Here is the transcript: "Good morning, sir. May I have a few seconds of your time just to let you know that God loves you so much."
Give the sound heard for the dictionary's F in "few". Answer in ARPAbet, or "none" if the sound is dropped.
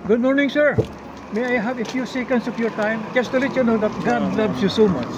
F